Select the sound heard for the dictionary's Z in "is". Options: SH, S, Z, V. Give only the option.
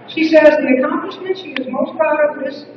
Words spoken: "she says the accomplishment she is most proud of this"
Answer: Z